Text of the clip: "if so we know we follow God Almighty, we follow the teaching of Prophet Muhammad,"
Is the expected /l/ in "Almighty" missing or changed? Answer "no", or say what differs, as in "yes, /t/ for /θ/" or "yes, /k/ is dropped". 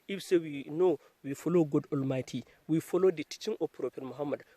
no